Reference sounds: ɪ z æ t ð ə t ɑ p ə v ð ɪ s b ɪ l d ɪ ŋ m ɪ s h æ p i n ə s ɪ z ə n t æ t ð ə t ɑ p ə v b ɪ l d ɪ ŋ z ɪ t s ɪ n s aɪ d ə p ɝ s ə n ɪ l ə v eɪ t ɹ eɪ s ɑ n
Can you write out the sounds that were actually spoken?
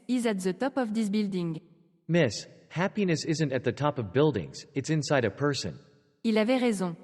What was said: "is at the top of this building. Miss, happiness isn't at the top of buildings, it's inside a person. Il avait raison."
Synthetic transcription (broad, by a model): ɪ z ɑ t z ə t ɑ p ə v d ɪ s b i l d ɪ ŋ m ɪ s h æ p i n ə s ɪ z ə n t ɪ t ð ə t ɑ p ə v b ɪ l d ɪ ŋ z ɪ t s ɪ n s aɪ d ə p ɝ s ə n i l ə v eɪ ɹ eɪ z ɑ